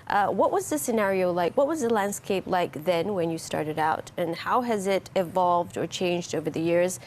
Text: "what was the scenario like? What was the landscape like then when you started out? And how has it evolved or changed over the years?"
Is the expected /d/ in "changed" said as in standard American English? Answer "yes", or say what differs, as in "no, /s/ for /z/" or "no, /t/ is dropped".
yes